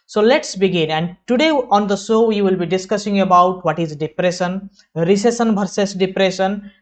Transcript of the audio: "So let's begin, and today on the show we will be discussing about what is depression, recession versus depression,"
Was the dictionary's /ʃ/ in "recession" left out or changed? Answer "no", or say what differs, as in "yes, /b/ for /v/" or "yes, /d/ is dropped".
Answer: yes, /s/ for /ʃ/